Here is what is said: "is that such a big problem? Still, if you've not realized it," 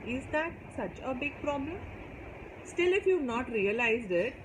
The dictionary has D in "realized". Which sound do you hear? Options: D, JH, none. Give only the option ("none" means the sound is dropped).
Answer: D